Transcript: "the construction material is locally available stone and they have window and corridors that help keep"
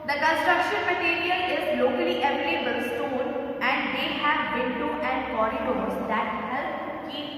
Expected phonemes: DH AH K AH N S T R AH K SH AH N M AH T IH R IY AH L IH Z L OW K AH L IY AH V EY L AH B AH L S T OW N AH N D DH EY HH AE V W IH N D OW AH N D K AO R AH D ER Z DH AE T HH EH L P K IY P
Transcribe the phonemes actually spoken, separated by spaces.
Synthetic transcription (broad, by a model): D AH K AH N S T R AH K SH AH N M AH T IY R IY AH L IH Z L OW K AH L IY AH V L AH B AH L S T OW L AH N D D EY HH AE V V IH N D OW AH N D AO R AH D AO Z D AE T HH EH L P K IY